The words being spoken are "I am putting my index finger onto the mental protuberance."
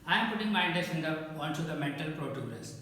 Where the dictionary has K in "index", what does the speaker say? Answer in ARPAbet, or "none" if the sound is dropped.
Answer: none